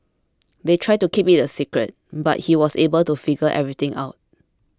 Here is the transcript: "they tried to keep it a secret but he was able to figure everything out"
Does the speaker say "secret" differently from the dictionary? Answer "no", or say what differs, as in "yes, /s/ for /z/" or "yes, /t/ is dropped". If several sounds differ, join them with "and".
no